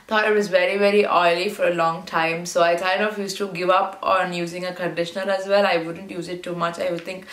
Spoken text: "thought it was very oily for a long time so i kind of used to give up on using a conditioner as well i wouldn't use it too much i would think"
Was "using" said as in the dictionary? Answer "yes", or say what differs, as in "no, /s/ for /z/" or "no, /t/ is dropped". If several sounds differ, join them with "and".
yes